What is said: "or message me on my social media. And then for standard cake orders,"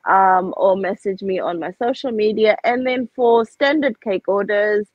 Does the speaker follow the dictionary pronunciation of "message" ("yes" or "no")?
yes